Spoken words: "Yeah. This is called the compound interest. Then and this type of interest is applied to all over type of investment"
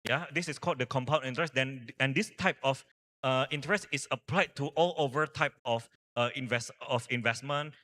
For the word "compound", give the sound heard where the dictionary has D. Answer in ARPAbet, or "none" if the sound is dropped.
none